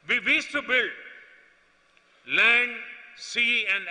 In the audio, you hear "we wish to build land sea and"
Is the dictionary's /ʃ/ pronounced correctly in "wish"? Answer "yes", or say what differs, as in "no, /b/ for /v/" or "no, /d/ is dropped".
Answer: no, /s/ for /ʃ/